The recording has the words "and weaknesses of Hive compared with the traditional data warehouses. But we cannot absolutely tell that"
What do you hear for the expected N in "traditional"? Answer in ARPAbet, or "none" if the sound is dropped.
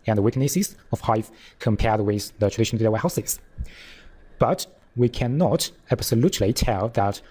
none